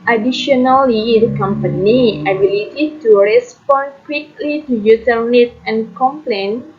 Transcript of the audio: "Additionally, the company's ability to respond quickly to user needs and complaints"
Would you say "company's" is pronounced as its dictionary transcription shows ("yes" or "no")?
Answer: no